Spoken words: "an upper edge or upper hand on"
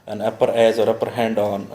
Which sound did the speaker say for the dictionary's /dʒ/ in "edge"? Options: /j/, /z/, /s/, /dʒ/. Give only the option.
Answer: /z/